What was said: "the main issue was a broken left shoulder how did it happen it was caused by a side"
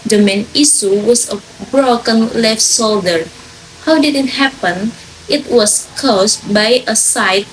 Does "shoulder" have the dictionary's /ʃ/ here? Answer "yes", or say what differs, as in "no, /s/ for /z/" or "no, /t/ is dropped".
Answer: no, /s/ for /ʃ/